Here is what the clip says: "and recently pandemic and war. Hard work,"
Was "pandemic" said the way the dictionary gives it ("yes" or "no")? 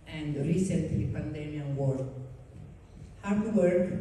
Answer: no